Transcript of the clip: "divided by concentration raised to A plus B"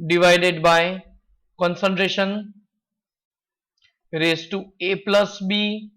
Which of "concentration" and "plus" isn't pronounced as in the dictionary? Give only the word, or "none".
none